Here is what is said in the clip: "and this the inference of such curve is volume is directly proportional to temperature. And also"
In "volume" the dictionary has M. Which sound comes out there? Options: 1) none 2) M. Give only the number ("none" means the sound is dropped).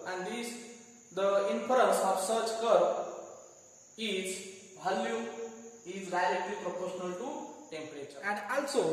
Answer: 1